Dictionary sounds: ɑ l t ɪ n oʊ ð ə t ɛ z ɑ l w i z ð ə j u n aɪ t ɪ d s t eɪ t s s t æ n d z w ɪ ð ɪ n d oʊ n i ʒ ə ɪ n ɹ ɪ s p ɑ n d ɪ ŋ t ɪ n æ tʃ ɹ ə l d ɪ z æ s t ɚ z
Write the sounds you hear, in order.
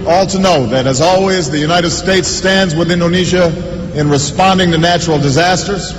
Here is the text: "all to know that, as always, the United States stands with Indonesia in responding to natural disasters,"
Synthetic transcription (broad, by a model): ɑ l t ɪ n oʊ ð ə t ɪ z ɑ l w i z ð ə j u n aɪ t ɪ d s t eɪ t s s t æ n d z w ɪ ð ɪ n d oʊ n i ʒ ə ɪ n ɹ ɪ s p ɑ n d ɪ ŋ t ɪ n æ tʃ ɹ l d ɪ z æ s t ɚ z